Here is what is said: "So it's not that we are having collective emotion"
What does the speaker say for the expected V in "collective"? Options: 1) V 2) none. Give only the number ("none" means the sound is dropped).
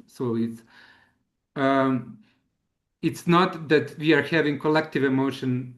1